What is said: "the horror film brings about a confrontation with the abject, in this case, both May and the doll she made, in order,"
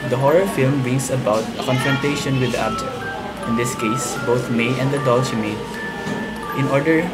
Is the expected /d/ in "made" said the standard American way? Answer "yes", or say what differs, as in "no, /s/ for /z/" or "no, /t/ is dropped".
no, /d/ is dropped